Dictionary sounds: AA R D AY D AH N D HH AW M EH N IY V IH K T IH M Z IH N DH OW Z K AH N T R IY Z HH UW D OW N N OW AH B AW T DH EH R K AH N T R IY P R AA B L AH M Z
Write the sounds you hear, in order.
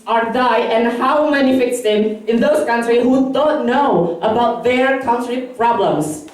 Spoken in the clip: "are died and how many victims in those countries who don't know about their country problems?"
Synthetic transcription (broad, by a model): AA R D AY AH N HH AW M EH N IY F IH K S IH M IH N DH OW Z K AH N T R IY HH UW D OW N N OW AH B AW T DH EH R K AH N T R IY P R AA B L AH M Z